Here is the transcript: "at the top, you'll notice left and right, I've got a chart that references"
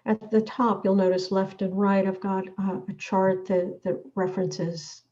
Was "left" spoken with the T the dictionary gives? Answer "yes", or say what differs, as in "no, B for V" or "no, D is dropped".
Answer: yes